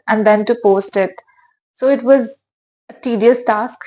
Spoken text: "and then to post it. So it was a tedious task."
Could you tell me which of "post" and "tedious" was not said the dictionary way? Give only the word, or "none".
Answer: none